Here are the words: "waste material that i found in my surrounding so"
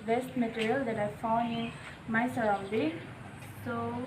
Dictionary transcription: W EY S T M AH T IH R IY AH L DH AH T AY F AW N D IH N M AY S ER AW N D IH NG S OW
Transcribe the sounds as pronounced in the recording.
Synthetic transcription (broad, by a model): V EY S T M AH T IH R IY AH L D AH T AY F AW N IH N M AY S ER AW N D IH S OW